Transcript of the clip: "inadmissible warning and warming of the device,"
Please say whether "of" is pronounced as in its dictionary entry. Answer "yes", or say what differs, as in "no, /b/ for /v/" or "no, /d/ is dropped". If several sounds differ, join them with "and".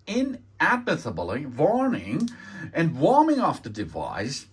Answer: no, /f/ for /v/